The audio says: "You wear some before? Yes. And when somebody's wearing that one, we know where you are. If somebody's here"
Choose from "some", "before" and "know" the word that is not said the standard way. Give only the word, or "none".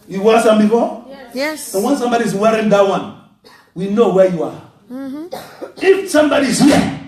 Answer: before